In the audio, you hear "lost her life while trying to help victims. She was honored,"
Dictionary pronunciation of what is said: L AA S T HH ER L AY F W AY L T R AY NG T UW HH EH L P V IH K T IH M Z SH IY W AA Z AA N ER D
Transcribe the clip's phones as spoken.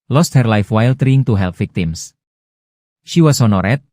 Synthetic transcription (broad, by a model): L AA S T HH ER L AY F W AY L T R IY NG T UW HH EH L P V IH K T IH M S SH IY W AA S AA N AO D